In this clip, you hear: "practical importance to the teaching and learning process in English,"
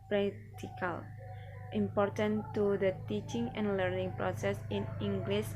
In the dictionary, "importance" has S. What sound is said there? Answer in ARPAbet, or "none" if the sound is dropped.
none